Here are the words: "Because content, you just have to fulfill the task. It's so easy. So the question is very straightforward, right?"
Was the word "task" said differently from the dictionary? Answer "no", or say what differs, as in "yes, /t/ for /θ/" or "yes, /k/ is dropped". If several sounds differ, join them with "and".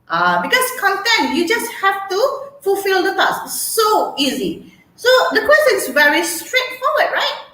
yes, /k/ is dropped